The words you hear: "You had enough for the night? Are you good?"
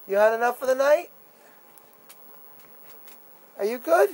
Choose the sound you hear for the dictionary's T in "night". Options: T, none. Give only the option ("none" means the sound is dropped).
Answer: T